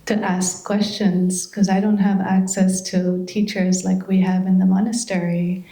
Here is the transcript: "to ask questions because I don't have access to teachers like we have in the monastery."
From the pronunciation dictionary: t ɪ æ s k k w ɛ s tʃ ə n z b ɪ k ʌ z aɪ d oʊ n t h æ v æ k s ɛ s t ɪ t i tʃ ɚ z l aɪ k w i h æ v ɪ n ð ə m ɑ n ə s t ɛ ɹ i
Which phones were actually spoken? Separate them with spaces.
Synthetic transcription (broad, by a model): t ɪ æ s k k w ɛ s tʃ ə n z k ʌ z aɪ d oʊ n t h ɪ v æ k s ɛ s t ɪ t i tʃ ɚ z l aɪ k w i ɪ v ɪ n ð ə m ɑ n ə s t ɛ ɹ i